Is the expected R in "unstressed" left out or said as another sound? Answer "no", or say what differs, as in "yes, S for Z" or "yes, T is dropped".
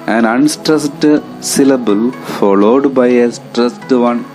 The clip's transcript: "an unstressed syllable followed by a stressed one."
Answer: no